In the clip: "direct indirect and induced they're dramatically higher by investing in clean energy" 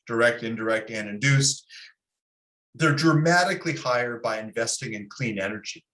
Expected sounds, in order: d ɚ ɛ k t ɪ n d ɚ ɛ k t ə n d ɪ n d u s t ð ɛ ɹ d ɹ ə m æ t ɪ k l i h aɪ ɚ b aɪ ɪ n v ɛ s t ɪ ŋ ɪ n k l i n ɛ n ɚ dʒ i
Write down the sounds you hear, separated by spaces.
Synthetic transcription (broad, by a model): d ɚ ɛ k t ɪ n d ɚ ɛ k t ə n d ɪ n d u s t ð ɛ ɹ d ɹ ə m æ t ɪ k l i h aɪ ɚ b aɪ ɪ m v ɛ s t ɪ ŋ ɪ n k l i n ɛ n ɚ dʒ i